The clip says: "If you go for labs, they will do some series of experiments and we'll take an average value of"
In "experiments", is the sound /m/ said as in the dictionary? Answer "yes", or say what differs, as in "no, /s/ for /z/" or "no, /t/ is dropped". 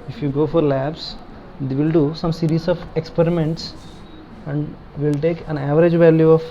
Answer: yes